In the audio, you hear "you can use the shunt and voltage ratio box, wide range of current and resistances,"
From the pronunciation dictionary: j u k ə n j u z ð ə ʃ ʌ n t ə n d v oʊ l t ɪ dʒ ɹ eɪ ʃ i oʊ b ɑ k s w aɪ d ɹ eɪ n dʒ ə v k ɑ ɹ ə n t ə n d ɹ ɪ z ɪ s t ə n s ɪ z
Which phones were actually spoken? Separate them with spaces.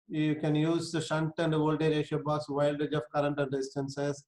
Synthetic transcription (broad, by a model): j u k ə n j u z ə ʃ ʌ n t ə n d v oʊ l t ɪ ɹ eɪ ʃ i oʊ b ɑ s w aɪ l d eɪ dʒ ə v k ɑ ɹ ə n t ə n d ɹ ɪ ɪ s t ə n s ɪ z